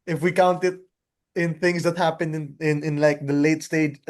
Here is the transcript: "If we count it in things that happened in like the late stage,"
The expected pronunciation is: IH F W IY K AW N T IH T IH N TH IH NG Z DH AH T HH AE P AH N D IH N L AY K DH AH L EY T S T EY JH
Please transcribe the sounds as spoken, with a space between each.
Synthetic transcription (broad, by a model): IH F W IY K AW N T IH T IH N TH IH NG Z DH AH T HH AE P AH N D IH N L AY K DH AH L EY T S T EY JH